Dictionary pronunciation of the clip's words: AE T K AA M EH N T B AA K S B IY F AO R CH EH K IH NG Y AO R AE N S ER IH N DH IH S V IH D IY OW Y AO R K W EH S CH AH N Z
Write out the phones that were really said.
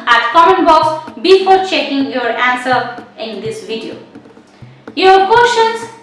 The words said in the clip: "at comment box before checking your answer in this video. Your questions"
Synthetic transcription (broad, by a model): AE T K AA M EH N B AA K S B IY F AO R CH EH K IH NG Y AO R AE N S ER IH N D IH S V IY D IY OW Y AO R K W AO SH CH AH N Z